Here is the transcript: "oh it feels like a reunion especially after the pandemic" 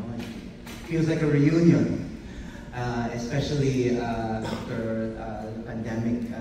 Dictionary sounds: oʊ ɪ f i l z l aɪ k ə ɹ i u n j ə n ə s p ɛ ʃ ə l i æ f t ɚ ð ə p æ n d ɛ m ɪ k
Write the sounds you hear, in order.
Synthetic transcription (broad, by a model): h ɪ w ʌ z l aɪ k ə ɹ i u n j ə n ə s p ɛ ʃ ə l i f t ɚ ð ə p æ n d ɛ m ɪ k